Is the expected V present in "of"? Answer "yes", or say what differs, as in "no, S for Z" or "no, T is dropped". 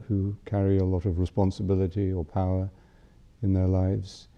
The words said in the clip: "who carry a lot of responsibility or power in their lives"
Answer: yes